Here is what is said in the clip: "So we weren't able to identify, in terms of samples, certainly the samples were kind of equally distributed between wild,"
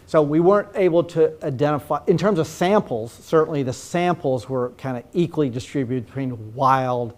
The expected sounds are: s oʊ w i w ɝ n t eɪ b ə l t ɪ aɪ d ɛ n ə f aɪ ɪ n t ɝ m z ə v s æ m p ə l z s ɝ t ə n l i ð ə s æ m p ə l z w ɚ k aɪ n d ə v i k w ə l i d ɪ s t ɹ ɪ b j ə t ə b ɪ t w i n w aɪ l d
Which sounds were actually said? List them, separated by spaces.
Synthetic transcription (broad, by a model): s oʊ w i w ɝ n t eɪ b l t ɪ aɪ d ɛ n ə f aɪ ɪ n t ɝ m z ə v s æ m p l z s ɝ t n l i ð ə s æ m p l z w ɚ k aɪ n d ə i k w ə l i d ɪ s t ɹ ɪ b j ə t ə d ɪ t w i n w aɪ l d